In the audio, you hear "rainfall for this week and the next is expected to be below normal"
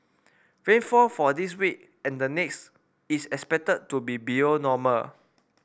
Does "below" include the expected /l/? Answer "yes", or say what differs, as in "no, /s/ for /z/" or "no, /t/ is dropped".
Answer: no, /l/ is dropped